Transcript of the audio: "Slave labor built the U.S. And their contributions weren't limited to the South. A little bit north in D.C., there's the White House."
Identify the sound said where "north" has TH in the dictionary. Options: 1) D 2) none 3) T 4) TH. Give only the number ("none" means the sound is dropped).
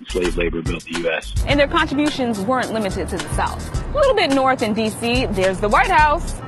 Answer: 4